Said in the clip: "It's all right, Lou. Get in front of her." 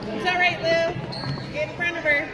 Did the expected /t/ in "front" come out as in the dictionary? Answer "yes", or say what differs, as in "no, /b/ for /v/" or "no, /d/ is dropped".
no, /t/ is dropped